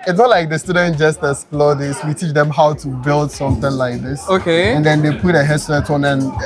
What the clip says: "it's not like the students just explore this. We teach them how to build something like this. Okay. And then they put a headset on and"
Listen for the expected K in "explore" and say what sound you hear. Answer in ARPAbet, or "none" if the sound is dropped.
none